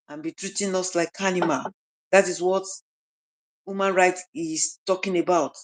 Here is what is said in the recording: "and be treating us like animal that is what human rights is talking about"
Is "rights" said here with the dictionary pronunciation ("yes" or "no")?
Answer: no